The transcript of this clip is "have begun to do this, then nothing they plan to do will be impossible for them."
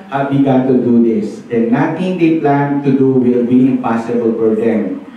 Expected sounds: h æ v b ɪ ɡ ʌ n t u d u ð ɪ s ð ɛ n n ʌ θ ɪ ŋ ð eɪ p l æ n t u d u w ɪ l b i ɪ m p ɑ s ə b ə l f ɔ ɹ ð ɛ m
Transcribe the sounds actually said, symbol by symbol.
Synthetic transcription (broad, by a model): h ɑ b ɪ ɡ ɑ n t u d u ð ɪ s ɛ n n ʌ t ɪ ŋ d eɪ p l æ n t u d u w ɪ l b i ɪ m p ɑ s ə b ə l f ɔ ɹ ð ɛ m